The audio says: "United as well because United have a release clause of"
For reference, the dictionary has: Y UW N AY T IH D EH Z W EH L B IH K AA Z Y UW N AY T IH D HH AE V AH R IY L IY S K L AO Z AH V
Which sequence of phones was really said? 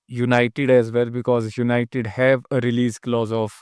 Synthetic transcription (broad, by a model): Y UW N AY T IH D EH Z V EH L B IH K AA Z Y UW N AY T IH D HH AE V AH R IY L IY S K L AO Z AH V